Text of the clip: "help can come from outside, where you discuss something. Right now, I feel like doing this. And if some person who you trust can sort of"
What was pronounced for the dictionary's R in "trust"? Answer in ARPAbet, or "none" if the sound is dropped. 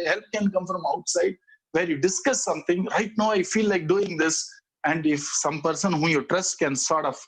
R